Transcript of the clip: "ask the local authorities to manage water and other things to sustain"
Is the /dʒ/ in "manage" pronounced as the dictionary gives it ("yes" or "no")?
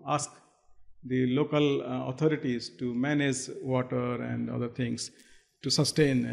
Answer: yes